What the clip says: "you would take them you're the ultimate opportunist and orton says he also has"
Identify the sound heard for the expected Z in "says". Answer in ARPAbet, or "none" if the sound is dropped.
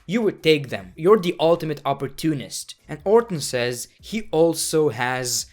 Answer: Z